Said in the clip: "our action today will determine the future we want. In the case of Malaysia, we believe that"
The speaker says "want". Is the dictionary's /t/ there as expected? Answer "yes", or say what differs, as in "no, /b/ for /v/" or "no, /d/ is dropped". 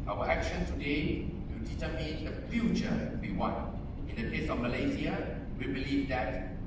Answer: no, /t/ is dropped